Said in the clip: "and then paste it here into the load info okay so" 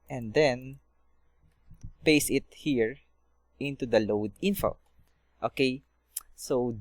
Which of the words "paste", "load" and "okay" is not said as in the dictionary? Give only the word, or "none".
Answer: paste